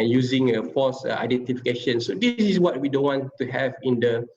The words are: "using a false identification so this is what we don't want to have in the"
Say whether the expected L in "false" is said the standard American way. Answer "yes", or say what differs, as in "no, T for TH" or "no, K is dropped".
no, L is dropped